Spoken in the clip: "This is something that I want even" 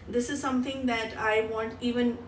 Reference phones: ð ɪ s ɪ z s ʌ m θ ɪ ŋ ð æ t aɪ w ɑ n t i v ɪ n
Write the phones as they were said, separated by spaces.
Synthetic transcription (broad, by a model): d ɪ s ɪ z s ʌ m t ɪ ŋ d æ t aɪ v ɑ n t i v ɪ n